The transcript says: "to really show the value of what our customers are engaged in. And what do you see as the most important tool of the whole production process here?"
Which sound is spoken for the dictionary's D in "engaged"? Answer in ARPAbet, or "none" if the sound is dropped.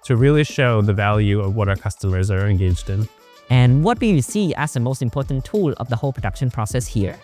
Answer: D